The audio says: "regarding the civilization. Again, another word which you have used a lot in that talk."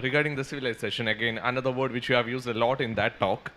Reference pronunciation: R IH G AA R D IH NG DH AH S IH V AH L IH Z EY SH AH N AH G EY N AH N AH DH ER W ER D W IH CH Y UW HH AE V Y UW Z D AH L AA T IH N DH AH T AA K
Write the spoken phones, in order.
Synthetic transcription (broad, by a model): R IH G AA R D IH NG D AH S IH V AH L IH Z EY SH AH N AH G EY N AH N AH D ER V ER D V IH CH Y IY HH AE V Y UW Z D AH L AA T IH N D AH T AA K